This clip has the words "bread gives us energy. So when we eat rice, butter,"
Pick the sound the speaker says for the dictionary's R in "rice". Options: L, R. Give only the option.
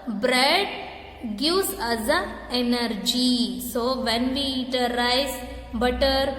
L